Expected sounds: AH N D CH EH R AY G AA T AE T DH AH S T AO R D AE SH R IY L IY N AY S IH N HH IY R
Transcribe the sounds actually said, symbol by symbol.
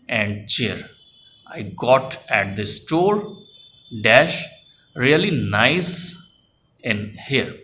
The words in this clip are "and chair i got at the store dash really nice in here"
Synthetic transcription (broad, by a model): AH N D CH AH R AY G AA T AE T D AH S T AO R D AE SH R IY L IY N AY S IH N HH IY R